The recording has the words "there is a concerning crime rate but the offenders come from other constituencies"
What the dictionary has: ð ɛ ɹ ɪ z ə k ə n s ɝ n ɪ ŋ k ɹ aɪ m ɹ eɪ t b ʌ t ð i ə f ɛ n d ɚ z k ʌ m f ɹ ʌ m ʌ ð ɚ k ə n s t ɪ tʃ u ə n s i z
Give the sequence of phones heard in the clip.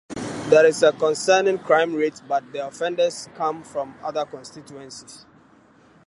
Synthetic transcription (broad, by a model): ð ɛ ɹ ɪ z ə k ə n s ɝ n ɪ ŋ k ɹ aɪ m ɹ eɪ t b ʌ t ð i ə f ɛ n d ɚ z k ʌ m f ɹ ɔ m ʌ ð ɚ k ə n s t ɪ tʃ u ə n s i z